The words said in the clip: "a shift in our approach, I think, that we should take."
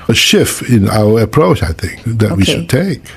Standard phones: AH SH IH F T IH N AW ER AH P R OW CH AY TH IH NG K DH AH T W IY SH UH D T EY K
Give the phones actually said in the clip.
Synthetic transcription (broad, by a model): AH SH IH F T IH N AW ER AH P R OW CH AY TH IH NG K DH AH T W IY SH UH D T EY K